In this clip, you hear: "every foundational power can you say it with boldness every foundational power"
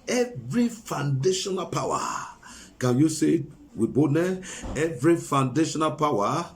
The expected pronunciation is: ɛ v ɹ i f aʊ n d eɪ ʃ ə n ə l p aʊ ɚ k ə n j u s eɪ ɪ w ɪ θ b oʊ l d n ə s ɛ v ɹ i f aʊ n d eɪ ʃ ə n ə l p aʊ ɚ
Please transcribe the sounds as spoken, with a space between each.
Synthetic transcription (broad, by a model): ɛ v ɹ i f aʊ n d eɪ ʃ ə n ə l p aʊ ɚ k ə n j u s eɪ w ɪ b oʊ d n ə ɛ v ɹ i f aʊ n d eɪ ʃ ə n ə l p aʊ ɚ